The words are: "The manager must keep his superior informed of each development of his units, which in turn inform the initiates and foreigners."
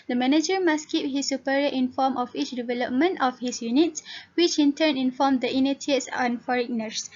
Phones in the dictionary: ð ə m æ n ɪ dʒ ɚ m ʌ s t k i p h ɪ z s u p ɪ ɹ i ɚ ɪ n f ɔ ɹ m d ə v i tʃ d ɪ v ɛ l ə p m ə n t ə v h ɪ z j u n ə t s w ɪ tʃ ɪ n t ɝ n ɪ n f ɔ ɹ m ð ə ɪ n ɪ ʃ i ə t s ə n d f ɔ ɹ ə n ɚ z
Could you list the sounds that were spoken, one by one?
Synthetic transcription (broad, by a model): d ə m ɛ n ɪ dʒ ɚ m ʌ s k i p h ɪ s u p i ɹ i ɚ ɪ n f ɔ m ə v i tʃ d ɪ v ɛ l ə p m ə n t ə f h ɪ s j u n ə t s w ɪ tʃ ɪ n t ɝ n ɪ n f ɔ m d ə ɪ n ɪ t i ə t s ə n f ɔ ɹ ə n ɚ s